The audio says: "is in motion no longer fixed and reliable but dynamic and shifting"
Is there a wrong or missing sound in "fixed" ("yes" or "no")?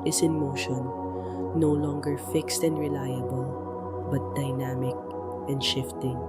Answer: no